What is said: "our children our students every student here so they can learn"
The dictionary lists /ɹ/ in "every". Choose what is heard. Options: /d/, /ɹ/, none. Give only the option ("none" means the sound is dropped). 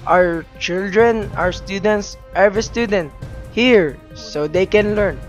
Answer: none